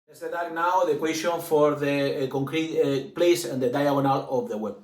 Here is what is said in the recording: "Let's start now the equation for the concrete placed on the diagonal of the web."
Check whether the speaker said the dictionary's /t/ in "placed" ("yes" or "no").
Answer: no